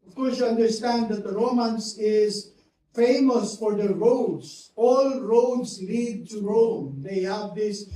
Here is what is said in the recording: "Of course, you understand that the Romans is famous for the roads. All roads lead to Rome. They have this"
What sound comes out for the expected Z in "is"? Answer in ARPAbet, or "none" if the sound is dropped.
Z